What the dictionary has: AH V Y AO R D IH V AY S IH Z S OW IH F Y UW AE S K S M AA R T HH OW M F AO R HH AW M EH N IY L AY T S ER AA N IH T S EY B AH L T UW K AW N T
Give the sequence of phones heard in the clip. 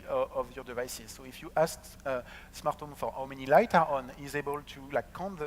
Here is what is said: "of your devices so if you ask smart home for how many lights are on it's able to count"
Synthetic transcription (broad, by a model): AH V Y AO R D IH V AY S IH Z S OW IH F Y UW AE S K S M AA R T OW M F AO R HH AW M EH N IY L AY T ER AA N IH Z EY B AH L T UW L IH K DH